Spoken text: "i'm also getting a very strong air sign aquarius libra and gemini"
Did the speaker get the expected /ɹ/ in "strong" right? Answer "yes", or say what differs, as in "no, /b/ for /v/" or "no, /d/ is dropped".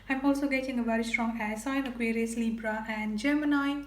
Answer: yes